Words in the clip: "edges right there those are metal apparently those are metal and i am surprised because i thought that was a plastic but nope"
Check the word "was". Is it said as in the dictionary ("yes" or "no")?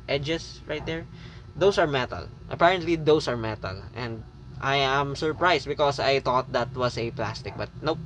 no